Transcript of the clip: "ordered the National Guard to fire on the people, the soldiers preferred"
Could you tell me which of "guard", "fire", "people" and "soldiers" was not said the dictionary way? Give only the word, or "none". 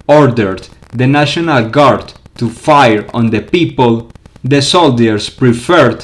soldiers